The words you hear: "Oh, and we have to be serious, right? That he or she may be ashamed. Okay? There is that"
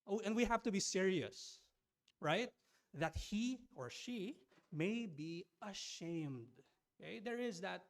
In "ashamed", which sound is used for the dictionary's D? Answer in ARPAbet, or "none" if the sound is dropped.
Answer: D